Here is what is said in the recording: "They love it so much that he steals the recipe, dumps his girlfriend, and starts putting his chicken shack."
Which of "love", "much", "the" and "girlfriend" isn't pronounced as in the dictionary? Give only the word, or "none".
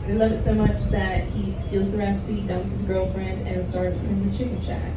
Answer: none